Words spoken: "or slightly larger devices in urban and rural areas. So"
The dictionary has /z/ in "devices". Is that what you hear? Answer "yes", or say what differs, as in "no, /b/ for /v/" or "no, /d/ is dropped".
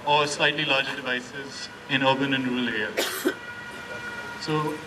yes